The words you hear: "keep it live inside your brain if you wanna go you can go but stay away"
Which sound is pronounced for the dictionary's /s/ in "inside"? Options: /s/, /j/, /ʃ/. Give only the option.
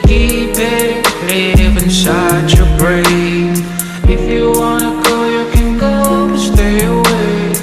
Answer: /ʃ/